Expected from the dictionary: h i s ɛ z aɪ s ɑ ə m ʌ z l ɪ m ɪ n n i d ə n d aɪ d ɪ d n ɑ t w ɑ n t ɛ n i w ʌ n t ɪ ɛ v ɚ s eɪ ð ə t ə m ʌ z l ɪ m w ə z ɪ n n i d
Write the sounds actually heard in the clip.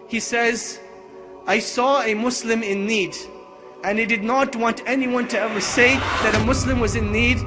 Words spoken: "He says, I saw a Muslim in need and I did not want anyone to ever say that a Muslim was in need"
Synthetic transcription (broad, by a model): h i s ɛ z aɪ s ɑ ə m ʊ s l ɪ m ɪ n n i d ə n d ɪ d ɪ d n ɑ t w ɑ n t ɛ n i w ʌ n t ɪ ɛ v ɚ s eɪ ð ə t ə m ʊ s l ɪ m w ə z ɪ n n i d